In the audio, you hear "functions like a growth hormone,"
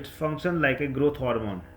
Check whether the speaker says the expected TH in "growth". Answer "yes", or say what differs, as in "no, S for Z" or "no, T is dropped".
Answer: no, T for TH